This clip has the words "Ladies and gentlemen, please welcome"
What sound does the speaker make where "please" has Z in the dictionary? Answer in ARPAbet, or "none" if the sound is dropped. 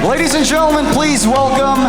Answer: Z